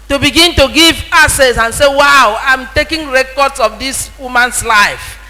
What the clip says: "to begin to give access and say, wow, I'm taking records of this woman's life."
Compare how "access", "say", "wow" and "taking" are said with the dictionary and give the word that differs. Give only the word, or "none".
access